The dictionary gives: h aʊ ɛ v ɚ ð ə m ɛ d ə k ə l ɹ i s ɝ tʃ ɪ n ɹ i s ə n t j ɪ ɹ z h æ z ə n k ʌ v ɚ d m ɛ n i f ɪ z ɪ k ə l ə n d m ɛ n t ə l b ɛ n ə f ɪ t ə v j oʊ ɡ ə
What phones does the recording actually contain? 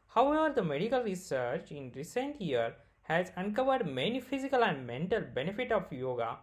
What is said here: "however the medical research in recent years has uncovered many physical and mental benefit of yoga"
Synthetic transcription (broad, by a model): h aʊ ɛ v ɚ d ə m ɛ d ə k ə l ɹ i s ɝ tʃ ɪ n ɹ i s ə n t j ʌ ɹ h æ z ə n k ʌ v ɚ d m ɛ n i f ɪ z ɪ k ə l ə n d m ɛ n t ə l b ɛ n ə f ɪ t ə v j oʊ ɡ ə